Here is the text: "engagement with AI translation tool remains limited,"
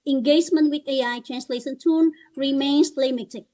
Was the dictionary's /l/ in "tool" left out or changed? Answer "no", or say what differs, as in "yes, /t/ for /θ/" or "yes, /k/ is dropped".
yes, /n/ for /l/